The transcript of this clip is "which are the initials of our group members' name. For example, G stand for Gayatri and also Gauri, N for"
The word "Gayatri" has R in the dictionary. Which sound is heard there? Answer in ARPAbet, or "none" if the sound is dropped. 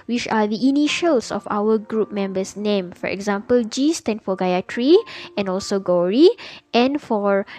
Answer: R